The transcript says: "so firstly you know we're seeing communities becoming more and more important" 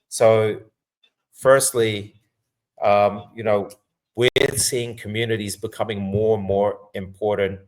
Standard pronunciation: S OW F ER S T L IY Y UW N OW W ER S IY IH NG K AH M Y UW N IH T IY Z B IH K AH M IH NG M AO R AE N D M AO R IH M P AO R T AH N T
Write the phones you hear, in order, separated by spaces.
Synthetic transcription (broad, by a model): S OW F ER S T L IY Y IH N OW W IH S IY IH NG K AH M Y UW N IH T IY Z B IH K AH M IH NG M AO R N M AO R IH M P AO R T N T